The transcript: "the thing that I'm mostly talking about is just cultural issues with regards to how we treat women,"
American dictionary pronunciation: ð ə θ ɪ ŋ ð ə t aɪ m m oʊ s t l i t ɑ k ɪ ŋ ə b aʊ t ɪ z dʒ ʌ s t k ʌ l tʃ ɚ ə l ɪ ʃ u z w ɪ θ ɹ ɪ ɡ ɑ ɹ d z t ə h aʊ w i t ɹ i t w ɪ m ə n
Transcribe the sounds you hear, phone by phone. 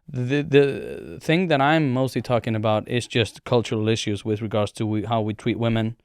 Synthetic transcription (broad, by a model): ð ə θ ɪ ŋ ð ə t aɪ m m oʊ s t l i t ɑ k ɪ ŋ ə b aʊ t ɪ z dʒ ʌ s t k ʌ l tʃ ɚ l ɪ ʃ u z w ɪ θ ɹ ɪ ɡ ɑ ɹ d z t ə h aʊ w i t ɹ i t w ɪ m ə n